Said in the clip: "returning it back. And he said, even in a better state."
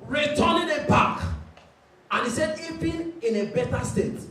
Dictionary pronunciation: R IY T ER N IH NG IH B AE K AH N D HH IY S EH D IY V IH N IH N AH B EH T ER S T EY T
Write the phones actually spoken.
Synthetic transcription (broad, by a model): R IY T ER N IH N IH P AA K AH N HH IY S EH D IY P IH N IH N AH B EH T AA S T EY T